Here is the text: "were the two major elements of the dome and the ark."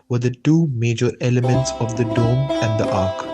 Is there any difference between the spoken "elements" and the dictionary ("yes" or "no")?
no